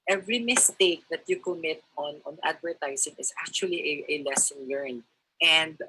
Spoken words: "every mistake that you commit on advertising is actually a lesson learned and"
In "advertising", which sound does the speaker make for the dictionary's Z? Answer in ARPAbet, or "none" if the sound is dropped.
S